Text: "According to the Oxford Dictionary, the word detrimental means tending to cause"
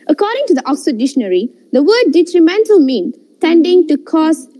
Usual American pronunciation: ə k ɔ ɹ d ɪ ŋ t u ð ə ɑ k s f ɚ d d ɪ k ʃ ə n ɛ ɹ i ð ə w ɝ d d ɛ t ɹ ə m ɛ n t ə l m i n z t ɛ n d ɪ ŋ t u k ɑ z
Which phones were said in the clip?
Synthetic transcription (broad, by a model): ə k ɔ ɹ d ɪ ŋ t u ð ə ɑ k s ɚ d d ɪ ʃ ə n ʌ ɹ i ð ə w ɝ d d ɛ t ɹ ə m ɛ n t ə l m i n t ɛ n d ɪ ŋ t u k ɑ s